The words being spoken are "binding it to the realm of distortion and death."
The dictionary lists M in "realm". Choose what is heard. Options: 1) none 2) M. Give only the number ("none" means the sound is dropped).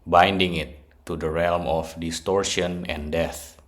2